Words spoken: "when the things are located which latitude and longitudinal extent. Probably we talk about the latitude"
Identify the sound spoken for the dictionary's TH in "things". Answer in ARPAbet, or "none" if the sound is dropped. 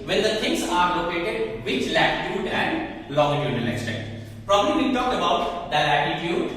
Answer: T